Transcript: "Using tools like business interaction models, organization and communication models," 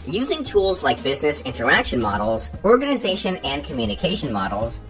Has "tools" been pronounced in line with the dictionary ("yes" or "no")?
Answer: yes